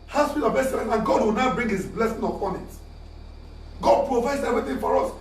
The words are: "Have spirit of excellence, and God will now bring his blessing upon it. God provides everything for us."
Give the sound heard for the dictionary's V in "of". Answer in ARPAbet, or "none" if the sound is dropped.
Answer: B